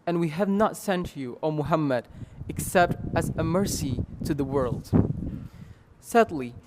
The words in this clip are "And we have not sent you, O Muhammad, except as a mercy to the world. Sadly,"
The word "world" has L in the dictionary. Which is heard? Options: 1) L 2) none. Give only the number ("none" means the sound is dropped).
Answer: 1